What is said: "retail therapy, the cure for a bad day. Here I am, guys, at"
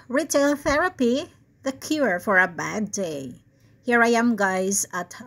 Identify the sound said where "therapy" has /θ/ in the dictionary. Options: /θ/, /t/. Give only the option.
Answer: /θ/